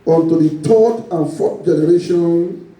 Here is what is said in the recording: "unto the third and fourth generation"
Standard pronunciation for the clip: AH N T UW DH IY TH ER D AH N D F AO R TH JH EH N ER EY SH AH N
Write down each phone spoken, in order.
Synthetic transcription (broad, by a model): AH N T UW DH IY T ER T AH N F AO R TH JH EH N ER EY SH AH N